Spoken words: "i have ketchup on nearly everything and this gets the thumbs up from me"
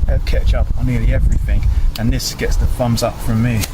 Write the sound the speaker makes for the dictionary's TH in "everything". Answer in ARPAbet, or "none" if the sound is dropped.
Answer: TH